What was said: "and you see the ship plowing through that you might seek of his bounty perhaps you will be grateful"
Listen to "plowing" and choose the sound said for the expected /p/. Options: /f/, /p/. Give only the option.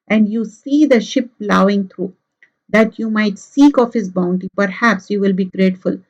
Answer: /p/